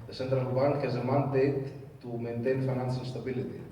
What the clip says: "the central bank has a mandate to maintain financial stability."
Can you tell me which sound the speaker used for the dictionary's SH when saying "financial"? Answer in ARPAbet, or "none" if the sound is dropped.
S